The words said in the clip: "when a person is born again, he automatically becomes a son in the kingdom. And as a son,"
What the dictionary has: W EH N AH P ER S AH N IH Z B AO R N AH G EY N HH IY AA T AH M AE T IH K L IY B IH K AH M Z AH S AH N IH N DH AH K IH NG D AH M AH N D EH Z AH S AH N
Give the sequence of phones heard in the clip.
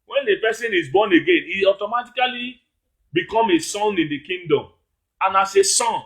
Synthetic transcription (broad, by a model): W EH N AH P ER S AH N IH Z B AO N AH G EY N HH IY AA T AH M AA T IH K L IY B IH K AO M AH S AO N IH N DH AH K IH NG D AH M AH N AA S AH S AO N